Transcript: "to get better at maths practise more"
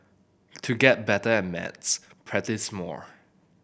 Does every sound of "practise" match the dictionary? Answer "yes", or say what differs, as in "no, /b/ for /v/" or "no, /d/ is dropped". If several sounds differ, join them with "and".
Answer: no, /k/ is dropped